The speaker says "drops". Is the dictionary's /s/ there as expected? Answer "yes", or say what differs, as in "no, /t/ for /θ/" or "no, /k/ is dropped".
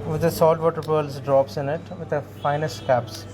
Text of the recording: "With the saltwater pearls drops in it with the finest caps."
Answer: yes